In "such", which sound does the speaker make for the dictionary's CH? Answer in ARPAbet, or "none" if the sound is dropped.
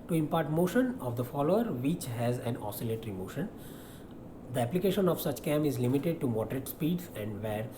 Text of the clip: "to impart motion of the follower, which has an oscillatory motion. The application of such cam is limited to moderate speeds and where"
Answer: CH